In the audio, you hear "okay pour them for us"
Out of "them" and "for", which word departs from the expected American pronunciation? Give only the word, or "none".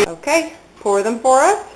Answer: for